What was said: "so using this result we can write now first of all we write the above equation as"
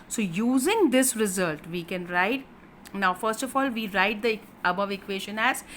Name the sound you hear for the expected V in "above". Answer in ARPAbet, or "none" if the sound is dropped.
V